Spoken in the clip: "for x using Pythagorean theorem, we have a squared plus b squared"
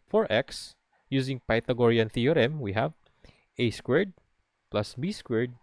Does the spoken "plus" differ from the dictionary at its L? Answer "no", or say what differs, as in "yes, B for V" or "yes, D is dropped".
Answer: no